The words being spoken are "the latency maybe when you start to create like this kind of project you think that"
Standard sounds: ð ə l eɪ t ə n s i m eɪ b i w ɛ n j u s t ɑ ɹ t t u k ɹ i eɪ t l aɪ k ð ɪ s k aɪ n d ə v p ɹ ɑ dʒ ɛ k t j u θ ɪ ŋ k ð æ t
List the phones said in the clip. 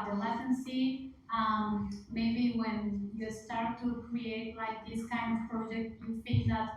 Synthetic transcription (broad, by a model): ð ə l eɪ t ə n s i m eɪ b i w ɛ n j u s t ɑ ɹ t t u k ɹ i eɪ t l aɪ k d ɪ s k aɪ n d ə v p ɹ ɑ dʒ ɛ k t j u f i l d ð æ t